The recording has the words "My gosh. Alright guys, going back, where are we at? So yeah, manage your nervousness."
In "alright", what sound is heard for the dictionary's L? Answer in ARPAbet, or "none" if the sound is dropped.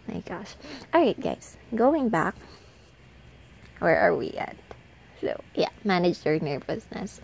none